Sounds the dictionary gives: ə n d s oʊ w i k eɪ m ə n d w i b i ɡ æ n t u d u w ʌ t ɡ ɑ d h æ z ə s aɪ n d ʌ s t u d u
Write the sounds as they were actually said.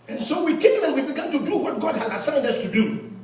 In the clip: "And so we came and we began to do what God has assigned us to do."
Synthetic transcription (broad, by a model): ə n s oʊ w i k eɪ m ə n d w i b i ɡ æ n t u d u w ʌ t ɡ ɑ d h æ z ə s aɪ n d ʌ s t u d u